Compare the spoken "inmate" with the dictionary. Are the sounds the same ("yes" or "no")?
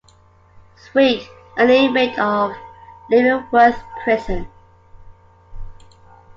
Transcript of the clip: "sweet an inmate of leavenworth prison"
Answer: no